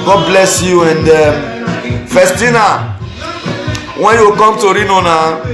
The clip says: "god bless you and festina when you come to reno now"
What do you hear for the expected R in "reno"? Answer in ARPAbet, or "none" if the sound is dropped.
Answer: R